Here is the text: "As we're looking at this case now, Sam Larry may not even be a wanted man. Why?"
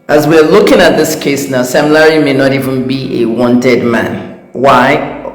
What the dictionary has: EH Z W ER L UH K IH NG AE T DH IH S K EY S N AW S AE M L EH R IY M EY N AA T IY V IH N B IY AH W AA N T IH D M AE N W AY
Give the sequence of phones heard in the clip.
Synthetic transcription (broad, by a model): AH Z W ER L UH K IH NG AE T DH IH S K EY S N AW S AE M L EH R IY M EY N AA T IY V IH N B IY AH W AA N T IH D M AE N W AY